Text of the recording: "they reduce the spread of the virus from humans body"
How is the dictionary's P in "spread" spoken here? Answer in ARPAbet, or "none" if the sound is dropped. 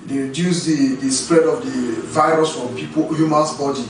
P